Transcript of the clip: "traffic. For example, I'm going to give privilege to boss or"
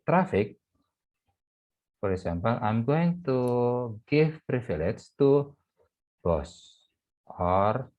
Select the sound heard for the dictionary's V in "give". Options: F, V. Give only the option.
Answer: F